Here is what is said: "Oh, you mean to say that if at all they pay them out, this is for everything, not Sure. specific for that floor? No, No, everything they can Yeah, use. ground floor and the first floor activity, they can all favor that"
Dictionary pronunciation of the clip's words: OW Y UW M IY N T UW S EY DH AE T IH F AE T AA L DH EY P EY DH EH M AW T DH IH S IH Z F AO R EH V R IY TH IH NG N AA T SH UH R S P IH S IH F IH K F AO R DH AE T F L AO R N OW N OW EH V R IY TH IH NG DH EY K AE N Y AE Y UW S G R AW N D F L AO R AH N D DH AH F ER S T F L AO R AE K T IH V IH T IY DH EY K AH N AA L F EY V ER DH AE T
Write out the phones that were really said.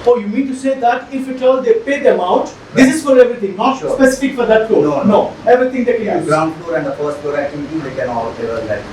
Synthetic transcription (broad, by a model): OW Y UW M IY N T UW S EY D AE T IH F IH T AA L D EY P EY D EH M AW T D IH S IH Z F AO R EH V R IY T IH NG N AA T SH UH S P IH S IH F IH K F AO R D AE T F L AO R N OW N OW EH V R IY T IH NG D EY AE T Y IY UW G R AW N D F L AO R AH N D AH F ER S T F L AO R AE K T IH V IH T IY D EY K AH N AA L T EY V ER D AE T